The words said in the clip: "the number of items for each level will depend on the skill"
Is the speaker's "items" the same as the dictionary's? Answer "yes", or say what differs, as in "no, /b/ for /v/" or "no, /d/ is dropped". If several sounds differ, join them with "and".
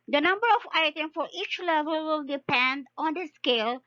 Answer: no, /z/ is dropped